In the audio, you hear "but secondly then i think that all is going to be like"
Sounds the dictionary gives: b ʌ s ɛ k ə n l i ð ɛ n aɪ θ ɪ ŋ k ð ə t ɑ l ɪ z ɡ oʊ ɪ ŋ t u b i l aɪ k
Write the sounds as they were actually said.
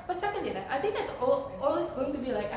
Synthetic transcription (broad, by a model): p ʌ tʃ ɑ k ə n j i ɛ aɪ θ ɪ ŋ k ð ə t ɑ l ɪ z ɡ oʊ ɪ ŋ t u b i l aɪ k